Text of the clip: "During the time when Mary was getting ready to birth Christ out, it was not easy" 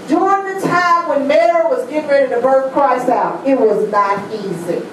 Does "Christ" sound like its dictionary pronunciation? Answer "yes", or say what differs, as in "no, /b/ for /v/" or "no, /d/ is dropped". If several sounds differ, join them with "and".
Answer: no, /t/ is dropped